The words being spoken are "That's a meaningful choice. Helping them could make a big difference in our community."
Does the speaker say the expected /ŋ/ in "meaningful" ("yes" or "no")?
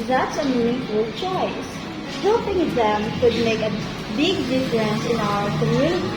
no